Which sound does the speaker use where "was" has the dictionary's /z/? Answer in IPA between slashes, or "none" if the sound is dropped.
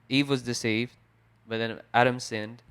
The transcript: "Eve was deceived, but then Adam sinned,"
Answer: /z/